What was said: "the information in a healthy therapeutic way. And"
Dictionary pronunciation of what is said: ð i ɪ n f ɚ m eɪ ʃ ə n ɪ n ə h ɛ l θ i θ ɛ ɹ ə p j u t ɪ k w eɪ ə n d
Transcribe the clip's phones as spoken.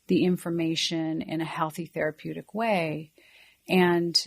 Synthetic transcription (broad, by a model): ð i ɪ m f ɚ m eɪ ʃ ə n ɪ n ə h ɛ l θ i θ ɛ ɹ ə p j u t ɪ k w eɪ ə n